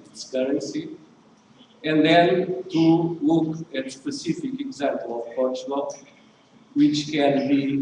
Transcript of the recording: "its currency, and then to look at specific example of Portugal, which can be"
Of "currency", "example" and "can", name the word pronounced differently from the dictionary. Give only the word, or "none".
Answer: none